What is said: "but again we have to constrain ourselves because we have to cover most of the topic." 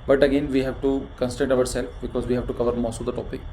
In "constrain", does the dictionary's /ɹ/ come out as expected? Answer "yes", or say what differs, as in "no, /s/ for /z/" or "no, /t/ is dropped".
no, /ɹ/ is dropped